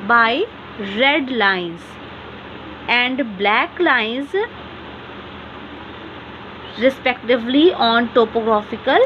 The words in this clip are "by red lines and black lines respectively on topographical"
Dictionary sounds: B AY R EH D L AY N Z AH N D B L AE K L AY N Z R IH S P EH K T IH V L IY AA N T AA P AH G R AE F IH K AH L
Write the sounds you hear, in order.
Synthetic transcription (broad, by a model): B AY R EH D L AY N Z AH N D B L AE K L AY N Z R IH S P EH K T IH V L IY AA N T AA P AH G R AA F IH K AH L